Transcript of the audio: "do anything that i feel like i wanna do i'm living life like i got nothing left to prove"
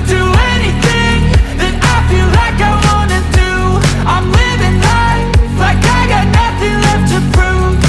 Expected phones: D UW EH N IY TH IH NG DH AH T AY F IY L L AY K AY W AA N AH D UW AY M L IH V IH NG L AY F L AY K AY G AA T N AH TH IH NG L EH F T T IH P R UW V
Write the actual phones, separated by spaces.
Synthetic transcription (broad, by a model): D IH EH N IY TH IH NG DH AH T AY F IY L L AY K AY W AA N AH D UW AY M L IH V IH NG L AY L AY K AY G AA T N AH TH IH NG L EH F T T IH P R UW